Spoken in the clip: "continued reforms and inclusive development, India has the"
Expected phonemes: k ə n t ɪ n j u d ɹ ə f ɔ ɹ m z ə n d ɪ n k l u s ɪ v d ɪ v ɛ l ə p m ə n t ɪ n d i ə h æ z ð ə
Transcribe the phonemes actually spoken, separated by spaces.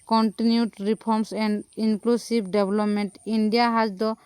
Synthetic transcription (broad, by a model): k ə n t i n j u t ɹ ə p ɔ ɹ m s ə n d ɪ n k l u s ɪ b d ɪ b l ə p m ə n t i n d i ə h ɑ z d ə